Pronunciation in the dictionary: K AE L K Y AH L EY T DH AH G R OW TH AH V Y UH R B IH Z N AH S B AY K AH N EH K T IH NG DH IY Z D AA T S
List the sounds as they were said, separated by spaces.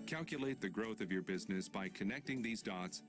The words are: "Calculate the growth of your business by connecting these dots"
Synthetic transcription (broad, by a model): K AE L K Y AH L EY T DH AH G R OW TH AH V Y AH R B IH Z N AH S B AY K AH N EH K T IH NG DH IY Z D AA T S